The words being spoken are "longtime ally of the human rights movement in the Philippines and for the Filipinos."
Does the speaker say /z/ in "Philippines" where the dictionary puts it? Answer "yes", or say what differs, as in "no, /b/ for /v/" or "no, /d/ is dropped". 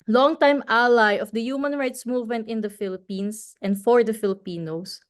no, /s/ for /z/